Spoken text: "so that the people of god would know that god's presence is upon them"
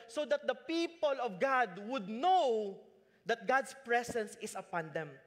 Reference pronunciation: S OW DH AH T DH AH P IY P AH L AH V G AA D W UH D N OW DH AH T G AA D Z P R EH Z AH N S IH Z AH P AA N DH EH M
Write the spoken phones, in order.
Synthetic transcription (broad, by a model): S OW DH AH T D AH P IY P AH L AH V G AA D W UH D N OW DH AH T G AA D S P R EH S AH N S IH S AH P AA N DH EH M